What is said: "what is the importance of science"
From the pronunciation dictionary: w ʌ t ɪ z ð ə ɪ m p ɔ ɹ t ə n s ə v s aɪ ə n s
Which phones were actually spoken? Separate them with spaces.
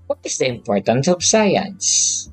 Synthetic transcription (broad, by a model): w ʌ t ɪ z ð ə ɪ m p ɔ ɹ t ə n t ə p s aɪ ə n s